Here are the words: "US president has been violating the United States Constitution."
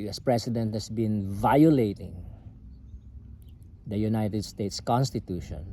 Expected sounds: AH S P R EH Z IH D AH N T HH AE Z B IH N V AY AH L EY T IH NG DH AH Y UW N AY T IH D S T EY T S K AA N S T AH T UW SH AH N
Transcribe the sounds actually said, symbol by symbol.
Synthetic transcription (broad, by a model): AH S P R EH S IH D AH N T HH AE S B IH N V AY AH L EY T IH NG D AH Y UW N AY T IH D S T EY T S K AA N S T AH T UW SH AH N